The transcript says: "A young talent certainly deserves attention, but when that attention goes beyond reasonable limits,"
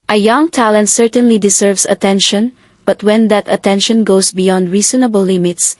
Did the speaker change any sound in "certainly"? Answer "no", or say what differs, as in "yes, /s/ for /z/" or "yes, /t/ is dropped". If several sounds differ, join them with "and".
no